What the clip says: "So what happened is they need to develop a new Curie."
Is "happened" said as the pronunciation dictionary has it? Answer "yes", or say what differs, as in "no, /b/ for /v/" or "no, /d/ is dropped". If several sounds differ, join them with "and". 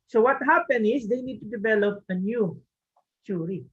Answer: no, /d/ is dropped